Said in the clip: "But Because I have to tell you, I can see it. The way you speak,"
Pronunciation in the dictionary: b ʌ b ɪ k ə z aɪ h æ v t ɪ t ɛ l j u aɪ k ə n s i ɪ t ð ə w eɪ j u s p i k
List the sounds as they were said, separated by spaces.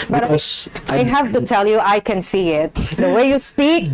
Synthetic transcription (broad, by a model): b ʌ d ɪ ə aɪ h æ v t ɪ t ɛ l j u aɪ k ə n s i ɪ t ð ə w eɪ j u s p i k